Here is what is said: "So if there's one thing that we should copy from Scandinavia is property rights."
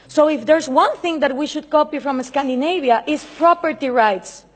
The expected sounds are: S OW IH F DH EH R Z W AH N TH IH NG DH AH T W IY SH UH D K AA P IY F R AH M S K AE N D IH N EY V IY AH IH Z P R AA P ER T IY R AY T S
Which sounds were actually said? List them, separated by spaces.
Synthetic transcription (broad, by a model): S OW IH F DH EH R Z W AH N TH IH NG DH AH T W IY SH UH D K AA P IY F R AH M S K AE N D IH N EY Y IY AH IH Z P R AA P ER T IY R AY T S